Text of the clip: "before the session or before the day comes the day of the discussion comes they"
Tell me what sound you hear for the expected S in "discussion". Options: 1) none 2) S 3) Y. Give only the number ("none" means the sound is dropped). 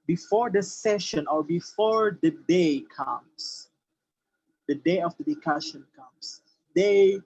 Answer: 1